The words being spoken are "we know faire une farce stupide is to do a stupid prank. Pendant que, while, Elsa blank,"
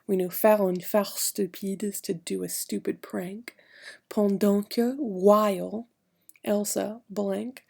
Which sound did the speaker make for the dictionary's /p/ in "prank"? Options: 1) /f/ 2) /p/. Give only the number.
2